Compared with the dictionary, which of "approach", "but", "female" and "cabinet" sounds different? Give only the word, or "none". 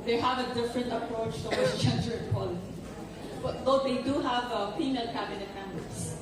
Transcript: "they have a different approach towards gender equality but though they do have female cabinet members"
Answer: female